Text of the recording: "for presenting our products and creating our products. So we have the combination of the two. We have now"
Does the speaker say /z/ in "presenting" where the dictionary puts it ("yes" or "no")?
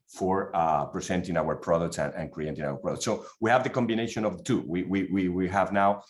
no